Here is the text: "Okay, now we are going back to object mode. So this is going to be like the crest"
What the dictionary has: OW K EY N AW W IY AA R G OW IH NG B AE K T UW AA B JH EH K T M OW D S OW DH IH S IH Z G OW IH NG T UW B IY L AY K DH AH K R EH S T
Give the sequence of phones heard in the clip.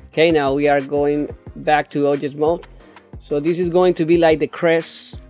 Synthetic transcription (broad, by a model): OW K EY N AW W IY AA R G OW IH NG B AE K T UW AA JH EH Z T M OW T S OW DH IH S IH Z G OW IH NG T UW B IY L AY K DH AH K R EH S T